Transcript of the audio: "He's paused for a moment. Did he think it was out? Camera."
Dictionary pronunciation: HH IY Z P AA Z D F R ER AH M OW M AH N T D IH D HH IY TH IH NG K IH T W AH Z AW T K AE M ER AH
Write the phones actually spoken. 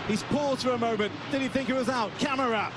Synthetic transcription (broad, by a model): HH IY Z P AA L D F R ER AH M OW M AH N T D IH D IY TH IH NG K IH T W AH Z AW T K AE M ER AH